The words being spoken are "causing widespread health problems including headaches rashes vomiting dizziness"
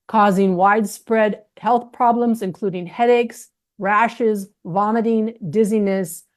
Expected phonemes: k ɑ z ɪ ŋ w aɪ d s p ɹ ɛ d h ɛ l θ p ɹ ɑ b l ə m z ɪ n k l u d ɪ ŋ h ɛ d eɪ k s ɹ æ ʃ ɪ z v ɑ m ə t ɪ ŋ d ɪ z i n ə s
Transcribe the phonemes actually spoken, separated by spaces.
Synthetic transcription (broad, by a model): k ɑ z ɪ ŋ w aɪ d s p ɹ ɛ d h ɛ l θ p ɹ ɑ b l ə m z ɪ n k l u d ɪ ŋ h ɛ d eɪ k s ɹ æ ʃ ɪ z v ɑ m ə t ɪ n d ɪ z i n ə s